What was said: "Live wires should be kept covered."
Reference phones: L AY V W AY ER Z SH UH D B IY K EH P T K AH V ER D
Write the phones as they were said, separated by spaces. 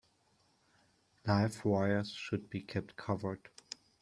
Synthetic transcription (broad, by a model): L AY F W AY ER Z SH UH D B IY K EH P T K AH V ER D